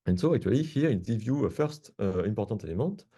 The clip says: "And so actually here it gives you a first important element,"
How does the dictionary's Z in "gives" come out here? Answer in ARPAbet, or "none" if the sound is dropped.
none